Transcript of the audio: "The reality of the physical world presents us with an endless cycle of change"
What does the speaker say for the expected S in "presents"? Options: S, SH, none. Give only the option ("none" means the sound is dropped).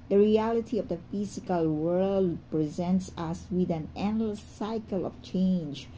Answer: S